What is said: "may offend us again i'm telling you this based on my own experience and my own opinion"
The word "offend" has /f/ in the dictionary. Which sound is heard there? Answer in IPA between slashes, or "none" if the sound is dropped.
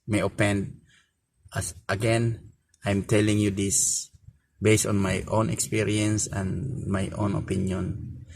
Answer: /p/